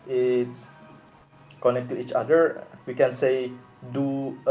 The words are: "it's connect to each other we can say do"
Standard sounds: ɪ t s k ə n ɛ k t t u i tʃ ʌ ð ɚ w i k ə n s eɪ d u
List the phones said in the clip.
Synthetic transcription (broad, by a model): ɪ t s k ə n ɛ k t t u i tʃ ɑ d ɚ w i k ə n s eɪ d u